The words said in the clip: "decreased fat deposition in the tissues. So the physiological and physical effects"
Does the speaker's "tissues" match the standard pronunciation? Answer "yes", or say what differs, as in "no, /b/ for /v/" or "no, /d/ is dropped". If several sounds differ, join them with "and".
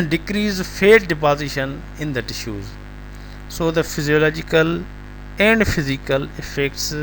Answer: yes